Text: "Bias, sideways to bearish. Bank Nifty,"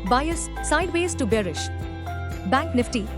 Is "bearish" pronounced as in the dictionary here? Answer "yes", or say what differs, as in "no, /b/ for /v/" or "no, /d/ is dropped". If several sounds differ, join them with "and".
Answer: yes